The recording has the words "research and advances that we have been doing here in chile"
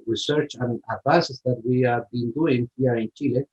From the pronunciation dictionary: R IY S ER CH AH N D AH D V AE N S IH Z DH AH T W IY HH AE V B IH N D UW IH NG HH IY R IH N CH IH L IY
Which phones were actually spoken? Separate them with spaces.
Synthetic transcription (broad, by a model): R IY S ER CH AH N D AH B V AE S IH S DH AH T W IY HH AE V B IH N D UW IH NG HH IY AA IH N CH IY L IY